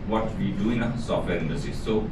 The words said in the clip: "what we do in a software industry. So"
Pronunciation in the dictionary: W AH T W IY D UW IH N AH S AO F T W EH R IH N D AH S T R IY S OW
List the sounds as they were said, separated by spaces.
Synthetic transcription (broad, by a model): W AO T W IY D UW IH L AH S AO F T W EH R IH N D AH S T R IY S OW